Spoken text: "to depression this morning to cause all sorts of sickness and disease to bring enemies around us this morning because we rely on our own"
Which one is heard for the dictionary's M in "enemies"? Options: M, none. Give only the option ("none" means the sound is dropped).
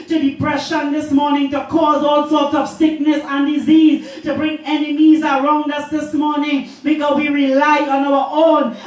M